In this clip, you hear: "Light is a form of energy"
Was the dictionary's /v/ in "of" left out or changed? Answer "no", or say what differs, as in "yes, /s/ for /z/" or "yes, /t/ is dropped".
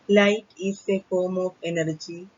yes, /p/ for /v/